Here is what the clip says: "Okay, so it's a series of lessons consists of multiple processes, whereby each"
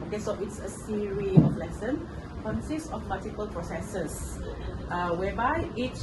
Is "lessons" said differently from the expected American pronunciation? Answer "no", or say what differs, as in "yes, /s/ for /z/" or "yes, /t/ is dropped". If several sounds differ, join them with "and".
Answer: yes, /z/ is dropped